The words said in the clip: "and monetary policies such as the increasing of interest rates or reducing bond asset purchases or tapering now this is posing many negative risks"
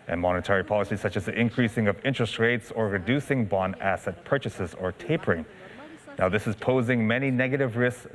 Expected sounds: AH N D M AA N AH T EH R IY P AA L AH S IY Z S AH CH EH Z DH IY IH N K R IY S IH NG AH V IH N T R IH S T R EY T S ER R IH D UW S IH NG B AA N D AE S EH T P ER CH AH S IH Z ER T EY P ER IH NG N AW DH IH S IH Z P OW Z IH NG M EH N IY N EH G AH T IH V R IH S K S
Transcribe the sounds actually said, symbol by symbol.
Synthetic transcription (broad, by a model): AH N M AA N AH T EH R IY P AA L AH S IY S AH CH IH Z DH IY IH N K R IY S IH NG AH V IH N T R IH S T R EY T S ER R IH D UW S IH NG B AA N AE S EH T P ER CH AH S IH Z ER T EY P ER IH NG N AW DH IH S IH Z P OW Z IH NG M EH N IY N EH G AH T IH V R IH S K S